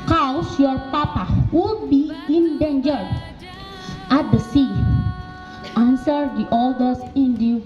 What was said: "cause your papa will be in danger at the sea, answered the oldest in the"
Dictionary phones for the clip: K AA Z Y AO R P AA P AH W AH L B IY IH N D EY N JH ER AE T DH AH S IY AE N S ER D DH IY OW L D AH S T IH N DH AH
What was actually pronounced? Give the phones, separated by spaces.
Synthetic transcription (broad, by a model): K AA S Y AO R P AA P AH W AH L B IY IH N D EY N JH ER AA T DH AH S IY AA N S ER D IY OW L D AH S IH N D